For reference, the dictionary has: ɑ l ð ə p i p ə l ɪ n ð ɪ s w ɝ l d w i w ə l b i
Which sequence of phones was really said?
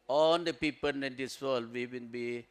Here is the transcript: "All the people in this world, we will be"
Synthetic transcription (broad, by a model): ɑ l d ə p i p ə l ɪ n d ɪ s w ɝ l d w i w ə n b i